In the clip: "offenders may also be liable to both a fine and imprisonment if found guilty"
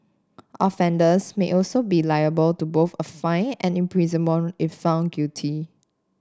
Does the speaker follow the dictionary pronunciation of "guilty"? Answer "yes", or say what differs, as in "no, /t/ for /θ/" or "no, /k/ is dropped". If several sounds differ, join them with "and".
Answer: no, /l/ is dropped